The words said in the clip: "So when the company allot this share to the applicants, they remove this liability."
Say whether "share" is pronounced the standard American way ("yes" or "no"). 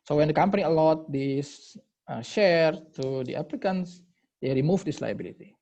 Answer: yes